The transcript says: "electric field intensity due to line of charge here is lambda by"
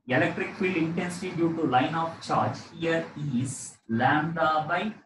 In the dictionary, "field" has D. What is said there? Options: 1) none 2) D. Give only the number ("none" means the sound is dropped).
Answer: 1